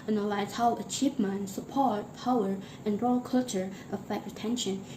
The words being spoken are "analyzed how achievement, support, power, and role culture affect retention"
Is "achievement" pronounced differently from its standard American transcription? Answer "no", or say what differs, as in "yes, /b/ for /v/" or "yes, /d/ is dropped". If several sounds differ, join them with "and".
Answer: yes, /p/ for /v/